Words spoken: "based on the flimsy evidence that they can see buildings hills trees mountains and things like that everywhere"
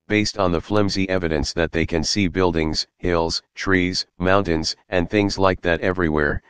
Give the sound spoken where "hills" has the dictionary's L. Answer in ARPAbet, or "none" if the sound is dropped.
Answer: L